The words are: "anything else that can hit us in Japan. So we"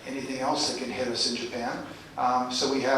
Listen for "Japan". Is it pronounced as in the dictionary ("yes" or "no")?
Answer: yes